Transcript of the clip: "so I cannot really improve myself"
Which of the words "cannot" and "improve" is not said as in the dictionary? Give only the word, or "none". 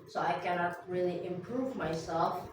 none